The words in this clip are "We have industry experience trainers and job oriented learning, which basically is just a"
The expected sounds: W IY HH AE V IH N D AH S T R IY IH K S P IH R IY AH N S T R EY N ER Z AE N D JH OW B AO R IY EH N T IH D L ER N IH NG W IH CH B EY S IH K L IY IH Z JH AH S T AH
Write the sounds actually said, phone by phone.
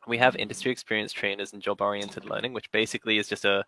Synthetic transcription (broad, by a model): W IY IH V IH N D AH S T R IY IH K S P IH R IY AH N S T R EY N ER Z N JH OW B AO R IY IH N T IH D L ER N IH NG W IH CH B EY S IH K L IY IH Z JH AH S T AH